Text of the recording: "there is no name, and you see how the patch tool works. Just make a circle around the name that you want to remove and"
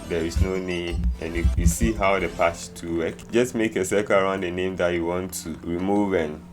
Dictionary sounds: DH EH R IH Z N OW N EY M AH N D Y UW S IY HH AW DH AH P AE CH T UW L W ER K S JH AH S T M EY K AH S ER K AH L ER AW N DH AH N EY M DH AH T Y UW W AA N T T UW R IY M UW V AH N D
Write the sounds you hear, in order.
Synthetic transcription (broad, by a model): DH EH R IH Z N OW N EY M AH N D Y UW S IY HH AW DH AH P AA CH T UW W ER K JH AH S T M EY K AH S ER K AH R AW N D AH N EY M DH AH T Y UW W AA N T T UW R IY M UW V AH N